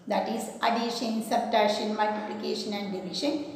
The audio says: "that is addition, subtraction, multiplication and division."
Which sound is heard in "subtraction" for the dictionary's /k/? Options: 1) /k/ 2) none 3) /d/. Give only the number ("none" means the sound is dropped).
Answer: 2